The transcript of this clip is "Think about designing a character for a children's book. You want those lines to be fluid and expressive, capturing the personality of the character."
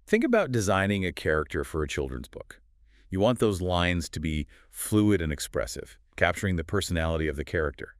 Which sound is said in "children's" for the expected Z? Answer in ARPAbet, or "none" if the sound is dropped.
Z